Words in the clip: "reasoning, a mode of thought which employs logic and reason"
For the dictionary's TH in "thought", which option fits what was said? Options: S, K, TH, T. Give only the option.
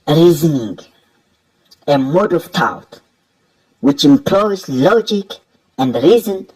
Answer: T